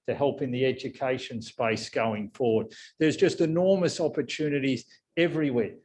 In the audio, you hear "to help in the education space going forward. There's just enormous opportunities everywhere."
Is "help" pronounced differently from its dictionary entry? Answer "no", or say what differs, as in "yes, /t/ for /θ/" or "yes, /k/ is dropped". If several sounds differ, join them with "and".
no